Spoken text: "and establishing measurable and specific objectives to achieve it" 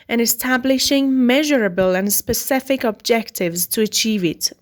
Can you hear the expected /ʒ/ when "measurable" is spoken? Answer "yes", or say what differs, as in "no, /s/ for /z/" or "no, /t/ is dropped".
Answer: yes